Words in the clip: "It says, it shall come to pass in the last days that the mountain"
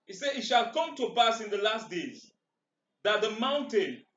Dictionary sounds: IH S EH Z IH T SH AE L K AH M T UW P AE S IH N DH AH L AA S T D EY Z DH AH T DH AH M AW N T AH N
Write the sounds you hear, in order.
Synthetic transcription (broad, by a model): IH S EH IH T SH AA L K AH M T UW B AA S IH N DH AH L AA S T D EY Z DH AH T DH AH M AW N T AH N